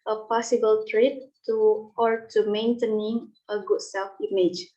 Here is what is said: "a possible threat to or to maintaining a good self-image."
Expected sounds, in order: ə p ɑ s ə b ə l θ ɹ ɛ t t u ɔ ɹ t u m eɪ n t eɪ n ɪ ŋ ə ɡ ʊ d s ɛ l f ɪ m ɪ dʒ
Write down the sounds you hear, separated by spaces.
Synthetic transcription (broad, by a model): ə p ɑ s ə b ə l t ɹ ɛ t t u ɔ ɹ t u m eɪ n t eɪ n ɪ ŋ ə ɡ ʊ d s ɛ l f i m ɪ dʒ